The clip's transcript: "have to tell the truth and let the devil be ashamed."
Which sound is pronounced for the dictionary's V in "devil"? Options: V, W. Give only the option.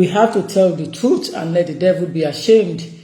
V